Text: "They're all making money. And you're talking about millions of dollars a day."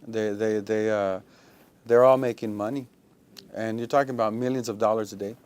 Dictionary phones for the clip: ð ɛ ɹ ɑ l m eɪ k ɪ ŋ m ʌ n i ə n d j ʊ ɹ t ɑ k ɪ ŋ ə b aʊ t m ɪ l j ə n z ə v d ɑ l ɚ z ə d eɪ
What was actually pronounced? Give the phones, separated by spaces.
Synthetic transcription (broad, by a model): ð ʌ ɹ ɑ l m eɪ k ɪ ŋ m ʌ n i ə n j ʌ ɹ t ɑ k ɪ ŋ ə b aʊ t m ɪ l j ə n z ə v d ɑ l ɚ z ə d eɪ